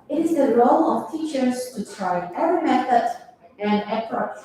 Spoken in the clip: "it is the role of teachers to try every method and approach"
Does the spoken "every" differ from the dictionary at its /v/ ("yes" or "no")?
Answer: yes